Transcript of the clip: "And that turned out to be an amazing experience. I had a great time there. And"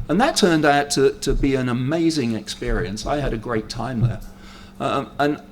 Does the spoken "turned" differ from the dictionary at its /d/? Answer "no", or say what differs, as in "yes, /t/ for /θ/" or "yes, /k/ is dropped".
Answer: no